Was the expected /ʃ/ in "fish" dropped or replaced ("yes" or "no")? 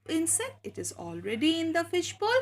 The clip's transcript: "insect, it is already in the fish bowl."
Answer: no